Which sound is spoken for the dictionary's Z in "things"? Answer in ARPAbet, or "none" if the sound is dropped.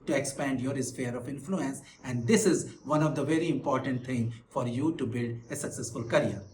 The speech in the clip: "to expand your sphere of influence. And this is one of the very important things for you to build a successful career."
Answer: none